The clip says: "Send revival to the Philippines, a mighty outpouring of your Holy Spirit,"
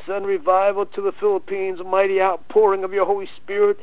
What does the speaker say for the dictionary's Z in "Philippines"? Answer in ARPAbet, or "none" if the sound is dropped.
Z